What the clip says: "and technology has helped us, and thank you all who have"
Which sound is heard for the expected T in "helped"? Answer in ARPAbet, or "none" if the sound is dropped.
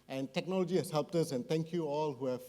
T